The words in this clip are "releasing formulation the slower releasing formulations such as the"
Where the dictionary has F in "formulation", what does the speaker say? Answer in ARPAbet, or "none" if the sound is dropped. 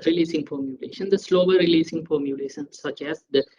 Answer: P